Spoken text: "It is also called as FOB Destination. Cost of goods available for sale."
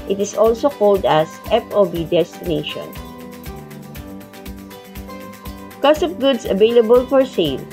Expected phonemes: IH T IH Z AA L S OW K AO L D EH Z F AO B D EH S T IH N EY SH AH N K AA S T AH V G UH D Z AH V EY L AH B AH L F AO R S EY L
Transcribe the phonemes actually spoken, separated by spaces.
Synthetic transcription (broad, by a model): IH T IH S AA L S OW K AO L D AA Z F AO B D EH S T IH N EY SH AH N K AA S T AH P G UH D S AH V EY L AH B AH L F AO R S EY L